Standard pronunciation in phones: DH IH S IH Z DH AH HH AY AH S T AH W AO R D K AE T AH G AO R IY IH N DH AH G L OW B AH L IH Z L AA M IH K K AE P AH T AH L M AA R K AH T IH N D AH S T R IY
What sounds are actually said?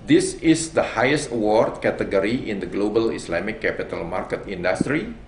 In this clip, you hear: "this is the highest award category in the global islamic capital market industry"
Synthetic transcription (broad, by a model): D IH S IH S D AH HH AY AH S T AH W AO R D K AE T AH G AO R IY IH N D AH G L OW B AH L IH S L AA M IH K K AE P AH T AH L M AA R K AH T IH N D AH S T R IY